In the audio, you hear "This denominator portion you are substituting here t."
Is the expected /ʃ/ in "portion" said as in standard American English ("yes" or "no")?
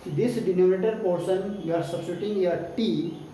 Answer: no